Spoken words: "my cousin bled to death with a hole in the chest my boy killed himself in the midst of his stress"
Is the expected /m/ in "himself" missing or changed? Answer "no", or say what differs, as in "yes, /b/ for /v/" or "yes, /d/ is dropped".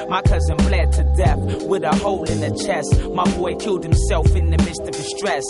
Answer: no